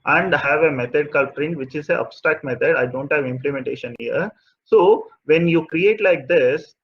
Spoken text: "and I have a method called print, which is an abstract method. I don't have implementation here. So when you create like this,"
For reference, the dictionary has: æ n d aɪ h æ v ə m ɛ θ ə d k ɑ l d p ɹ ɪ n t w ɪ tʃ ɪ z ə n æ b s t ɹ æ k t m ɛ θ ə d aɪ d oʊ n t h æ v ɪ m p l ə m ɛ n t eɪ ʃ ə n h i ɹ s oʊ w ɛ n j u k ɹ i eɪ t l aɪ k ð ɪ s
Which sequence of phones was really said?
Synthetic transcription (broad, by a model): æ n d h æ v ə m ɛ t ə d k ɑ l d p ɹ ɪ n t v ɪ tʃ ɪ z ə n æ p s t æ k m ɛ t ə d aɪ d oʊ n t h æ v ɪ m p l ə m ɛ n t eɪ ʃ ə n h i ɹ s oʊ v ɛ n j u k ɹ i eɪ t l aɪ k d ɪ s